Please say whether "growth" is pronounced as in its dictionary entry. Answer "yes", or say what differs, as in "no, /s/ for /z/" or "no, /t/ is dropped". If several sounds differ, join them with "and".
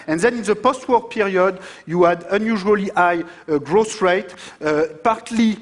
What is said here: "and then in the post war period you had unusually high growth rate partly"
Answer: no, /s/ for /θ/